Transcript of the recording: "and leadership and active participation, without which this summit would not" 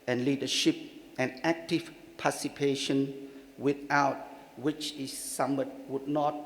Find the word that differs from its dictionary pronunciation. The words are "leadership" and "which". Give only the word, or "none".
none